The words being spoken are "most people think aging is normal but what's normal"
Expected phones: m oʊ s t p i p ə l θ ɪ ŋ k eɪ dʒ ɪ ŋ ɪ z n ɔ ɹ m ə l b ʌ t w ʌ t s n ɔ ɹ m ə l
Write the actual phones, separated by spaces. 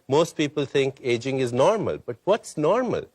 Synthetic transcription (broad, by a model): m oʊ s t p i p ə l t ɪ ŋ k eɪ dʒ ɪ ŋ ɪ z n ɔ ɹ m ə l b ʌ t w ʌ t s n ɔ ɹ m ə l